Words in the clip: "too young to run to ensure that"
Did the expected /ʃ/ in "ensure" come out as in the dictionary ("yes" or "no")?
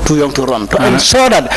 no